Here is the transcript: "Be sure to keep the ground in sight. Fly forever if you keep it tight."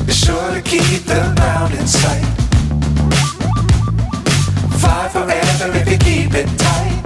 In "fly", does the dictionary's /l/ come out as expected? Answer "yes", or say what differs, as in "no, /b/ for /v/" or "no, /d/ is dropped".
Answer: no, /l/ is dropped